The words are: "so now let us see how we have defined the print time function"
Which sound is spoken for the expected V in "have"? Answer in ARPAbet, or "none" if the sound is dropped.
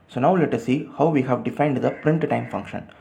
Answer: V